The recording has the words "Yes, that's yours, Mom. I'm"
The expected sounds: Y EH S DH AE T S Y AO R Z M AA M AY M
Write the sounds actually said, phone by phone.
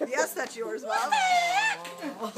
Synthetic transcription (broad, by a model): Y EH S DH AE T S Y AO R Z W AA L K